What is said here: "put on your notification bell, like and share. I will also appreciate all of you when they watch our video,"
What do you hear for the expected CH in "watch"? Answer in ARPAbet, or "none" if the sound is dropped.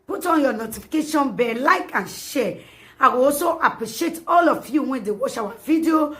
SH